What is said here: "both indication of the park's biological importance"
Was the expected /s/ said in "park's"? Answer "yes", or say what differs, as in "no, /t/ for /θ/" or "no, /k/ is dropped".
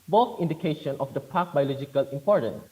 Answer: no, /s/ is dropped